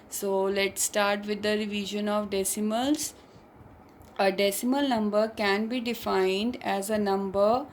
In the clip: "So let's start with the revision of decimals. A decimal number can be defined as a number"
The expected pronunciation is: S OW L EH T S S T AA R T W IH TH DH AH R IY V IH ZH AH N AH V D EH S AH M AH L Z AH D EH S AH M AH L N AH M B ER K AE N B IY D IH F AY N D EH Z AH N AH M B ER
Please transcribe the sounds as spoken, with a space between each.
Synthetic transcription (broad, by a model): S OW L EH T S S T AA R T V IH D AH R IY V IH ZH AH N AH V D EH S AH M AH L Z AH D EH S AH M AH L N AH M B ER K AE N B IY D IH F AY N D EH Z AH N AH M B ER